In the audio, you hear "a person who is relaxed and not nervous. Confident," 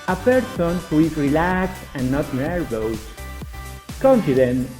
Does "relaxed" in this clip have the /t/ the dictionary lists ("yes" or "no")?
no